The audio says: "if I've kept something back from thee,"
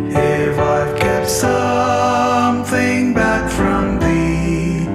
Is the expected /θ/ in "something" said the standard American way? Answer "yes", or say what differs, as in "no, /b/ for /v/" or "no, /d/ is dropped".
yes